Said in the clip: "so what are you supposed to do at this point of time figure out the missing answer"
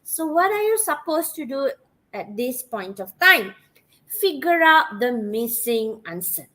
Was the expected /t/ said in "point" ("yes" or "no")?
yes